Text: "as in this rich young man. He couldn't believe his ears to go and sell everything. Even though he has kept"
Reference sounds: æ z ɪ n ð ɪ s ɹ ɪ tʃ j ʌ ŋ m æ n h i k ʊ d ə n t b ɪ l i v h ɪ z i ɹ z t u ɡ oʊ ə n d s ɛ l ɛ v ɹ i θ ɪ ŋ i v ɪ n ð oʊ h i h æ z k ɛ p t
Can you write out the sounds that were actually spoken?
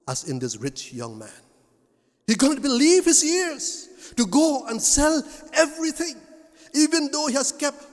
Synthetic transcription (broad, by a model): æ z ɪ n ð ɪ s ɹ ɪ tʃ j ʌ ŋ m æ n h i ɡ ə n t b ɪ l i v h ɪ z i ɹ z t u ɡ oʊ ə n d s ɛ l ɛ v ɹ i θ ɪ ŋ i v ɪ n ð oʊ h i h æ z k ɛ p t